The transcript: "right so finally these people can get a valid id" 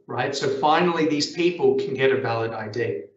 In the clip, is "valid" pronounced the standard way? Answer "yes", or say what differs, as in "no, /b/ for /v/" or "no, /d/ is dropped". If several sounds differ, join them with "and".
yes